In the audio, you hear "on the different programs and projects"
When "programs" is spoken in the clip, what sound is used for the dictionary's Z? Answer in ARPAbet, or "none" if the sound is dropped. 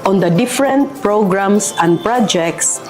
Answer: S